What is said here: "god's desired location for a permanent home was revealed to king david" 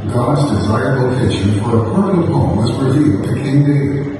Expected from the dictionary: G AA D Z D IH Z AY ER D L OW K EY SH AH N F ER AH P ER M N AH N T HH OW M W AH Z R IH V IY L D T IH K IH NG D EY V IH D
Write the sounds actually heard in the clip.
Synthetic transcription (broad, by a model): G AA D Z D IH Z AY ER D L OW K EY SH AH N F ER AH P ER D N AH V HH OW M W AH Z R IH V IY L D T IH K IH NG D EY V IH